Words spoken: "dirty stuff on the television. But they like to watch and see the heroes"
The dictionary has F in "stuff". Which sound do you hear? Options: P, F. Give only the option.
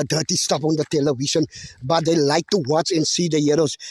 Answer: P